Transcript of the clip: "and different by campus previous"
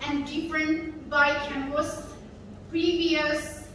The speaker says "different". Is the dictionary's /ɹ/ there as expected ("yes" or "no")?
yes